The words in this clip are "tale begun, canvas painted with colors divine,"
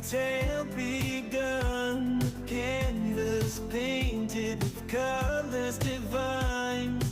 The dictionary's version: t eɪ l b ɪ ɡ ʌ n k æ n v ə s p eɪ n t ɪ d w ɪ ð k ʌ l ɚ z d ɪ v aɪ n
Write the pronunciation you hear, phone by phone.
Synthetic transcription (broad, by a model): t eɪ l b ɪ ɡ ʌ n k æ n ə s p eɪ n t ɪ d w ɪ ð k ʌ l ɚ z d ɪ v aɪ n